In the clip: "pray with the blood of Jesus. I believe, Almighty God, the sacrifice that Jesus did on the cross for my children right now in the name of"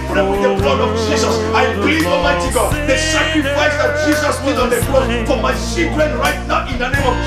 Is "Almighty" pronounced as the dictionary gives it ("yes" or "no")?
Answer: no